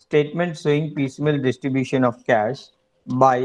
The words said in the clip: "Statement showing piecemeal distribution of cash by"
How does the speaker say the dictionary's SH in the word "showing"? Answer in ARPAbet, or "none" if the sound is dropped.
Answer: S